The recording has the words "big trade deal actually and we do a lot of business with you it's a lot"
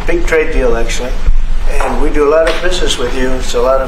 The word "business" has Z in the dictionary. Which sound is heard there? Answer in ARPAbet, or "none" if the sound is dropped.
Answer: Z